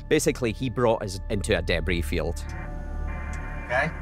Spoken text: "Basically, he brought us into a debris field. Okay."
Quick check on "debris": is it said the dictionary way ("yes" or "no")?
yes